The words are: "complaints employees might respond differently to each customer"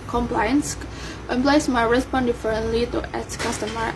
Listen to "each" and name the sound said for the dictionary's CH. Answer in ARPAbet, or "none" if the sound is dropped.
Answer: S